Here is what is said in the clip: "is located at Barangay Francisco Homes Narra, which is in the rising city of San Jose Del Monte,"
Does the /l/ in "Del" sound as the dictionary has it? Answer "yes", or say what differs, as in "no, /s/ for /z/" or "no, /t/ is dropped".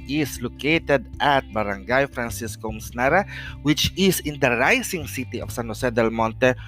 yes